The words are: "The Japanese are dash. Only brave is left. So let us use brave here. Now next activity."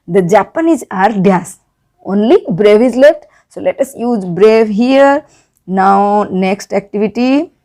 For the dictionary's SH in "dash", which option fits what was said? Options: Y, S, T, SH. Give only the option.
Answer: S